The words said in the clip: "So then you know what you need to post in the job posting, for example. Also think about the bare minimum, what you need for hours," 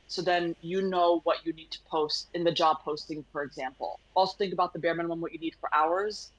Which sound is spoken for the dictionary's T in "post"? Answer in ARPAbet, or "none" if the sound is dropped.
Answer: T